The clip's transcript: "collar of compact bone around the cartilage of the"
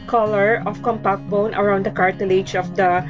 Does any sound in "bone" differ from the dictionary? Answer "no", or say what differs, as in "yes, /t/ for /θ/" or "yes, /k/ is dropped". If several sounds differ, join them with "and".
no